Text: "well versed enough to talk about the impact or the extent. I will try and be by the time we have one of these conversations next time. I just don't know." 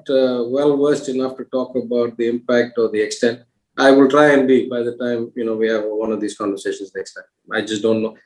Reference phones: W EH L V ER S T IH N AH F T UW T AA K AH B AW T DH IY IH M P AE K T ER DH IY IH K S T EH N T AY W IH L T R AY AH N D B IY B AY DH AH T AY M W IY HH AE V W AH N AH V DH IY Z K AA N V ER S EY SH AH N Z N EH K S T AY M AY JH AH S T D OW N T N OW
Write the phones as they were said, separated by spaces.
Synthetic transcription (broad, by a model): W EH L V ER S T IH N AH F T UW T AA K AH B AW T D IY IH M P AE K T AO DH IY IH K S T EH N T AY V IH L T R AY AH N D B IY B AY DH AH T AY M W IY HH AE V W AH N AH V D IY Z K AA N V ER S EY SH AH N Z N EH K S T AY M AY JH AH S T D OW N T N OW